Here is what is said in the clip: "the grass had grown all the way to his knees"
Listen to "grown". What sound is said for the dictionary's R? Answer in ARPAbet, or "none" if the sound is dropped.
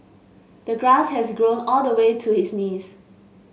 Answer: R